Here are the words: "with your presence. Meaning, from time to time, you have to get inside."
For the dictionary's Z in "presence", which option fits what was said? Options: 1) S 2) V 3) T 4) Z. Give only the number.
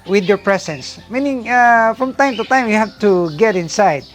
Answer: 1